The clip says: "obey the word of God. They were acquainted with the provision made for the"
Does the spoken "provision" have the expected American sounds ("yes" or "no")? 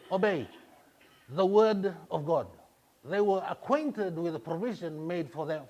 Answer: yes